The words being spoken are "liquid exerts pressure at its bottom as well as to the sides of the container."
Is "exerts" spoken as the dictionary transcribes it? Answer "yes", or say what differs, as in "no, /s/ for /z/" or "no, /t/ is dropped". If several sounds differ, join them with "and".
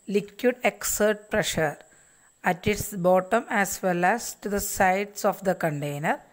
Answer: no, /s/ is dropped